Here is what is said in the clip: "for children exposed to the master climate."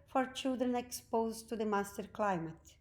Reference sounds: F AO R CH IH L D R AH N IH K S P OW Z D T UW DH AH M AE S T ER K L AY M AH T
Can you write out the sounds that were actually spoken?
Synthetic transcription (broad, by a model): F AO R CH IH L D R AH N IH K S P OW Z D T UW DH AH M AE S T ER K L AY M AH T